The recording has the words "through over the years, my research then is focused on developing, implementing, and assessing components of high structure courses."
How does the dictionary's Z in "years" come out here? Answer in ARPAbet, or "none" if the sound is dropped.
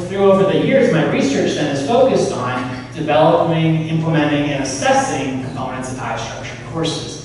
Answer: Z